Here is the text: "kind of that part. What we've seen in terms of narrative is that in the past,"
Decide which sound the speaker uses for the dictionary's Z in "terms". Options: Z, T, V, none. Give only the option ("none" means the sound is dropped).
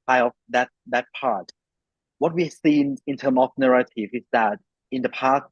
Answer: none